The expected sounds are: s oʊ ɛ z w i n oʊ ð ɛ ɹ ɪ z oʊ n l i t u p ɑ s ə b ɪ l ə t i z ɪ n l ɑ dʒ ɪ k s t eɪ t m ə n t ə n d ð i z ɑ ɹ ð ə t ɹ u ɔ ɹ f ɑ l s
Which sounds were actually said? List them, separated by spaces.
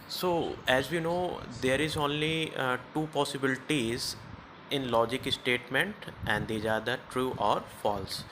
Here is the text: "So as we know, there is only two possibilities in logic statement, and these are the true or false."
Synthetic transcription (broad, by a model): s oʊ ɛ z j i n oʊ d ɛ ɹ ɪ z oʊ n l i t u p ɑ s ə b ɪ l ə t i z ɪ n l ɑ dʒ ɪ k s t eɪ t m ə n t ə n d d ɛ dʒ ɑ ɹ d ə t ɹ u ɔ ɹ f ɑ l s